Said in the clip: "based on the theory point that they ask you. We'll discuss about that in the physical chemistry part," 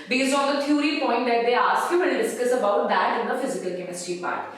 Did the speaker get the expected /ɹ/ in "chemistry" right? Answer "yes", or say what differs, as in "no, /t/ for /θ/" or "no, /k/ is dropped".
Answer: no, /ɹ/ is dropped